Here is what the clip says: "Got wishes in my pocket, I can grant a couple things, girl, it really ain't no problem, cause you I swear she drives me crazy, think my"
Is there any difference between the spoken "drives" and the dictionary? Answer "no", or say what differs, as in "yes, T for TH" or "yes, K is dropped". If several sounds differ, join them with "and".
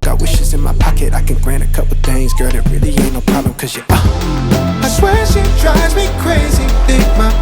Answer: yes, V is dropped